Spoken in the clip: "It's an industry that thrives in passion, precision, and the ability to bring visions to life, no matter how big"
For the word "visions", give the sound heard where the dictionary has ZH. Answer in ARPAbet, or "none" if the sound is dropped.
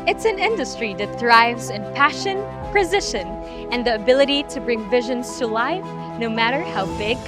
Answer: ZH